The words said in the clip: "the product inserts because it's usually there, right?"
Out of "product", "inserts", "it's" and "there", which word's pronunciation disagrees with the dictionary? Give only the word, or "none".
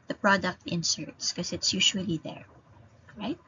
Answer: none